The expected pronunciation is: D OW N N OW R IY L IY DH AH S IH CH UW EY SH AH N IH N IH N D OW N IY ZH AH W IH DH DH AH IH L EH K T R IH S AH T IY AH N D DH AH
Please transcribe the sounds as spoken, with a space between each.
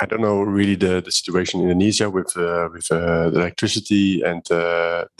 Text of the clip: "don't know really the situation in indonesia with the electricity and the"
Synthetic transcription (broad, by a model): D OW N N OW R IY L IY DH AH S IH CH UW EY AH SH IH N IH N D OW N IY Z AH W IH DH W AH IH L EH K T R IH S AH T IY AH N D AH